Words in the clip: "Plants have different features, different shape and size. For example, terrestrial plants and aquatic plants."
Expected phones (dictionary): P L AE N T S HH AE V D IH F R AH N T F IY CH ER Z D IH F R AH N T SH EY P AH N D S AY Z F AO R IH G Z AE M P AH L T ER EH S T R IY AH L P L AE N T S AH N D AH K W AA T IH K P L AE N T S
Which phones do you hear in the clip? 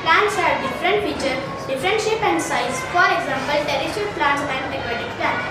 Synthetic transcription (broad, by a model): P L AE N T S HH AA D D IH F R AH N T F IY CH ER D IH F R AH N T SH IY P AH N D S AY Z F AO R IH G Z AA M P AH L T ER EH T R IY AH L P L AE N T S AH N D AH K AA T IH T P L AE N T